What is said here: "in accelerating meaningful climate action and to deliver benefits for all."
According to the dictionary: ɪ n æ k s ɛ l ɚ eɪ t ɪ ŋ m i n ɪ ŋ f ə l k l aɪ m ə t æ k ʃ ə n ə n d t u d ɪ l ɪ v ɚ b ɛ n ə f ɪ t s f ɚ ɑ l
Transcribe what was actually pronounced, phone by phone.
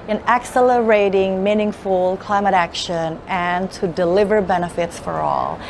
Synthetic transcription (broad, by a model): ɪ n æ k s ɛ l ɚ eɪ t ɪ ŋ m i n ɪ ŋ f ə l k l aɪ m ə t æ k ʃ ə n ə n t u d ɪ l ɪ v ɚ b ɛ n ə f ɪ t s f ɚ ɑ l